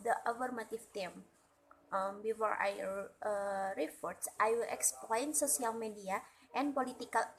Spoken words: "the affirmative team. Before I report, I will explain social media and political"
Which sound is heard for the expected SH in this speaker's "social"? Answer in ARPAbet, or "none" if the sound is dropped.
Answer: S